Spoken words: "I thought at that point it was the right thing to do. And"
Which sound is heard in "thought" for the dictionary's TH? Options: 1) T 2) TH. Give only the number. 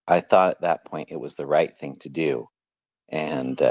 2